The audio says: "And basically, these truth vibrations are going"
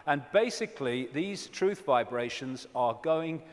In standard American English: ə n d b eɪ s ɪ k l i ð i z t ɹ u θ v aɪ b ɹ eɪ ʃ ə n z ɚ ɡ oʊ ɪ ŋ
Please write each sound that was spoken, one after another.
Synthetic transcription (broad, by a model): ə n b eɪ s ɪ k l i ð i z t ɹ u θ v aɪ b ɹ eɪ ʃ ə n z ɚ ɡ oʊ ɪ ŋ